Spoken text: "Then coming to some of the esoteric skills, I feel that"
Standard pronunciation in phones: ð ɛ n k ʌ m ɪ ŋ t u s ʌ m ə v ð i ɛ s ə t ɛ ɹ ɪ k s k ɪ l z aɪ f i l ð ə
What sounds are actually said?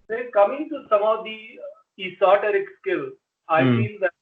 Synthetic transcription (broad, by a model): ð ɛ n k ʌ m ɪ ŋ t u s ʌ m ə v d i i s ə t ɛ ɹ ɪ k s k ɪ l aɪ f i l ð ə